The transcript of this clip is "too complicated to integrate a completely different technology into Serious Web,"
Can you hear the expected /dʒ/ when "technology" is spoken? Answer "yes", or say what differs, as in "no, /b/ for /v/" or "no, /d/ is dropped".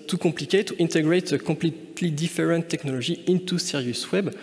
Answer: no, /ʒ/ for /dʒ/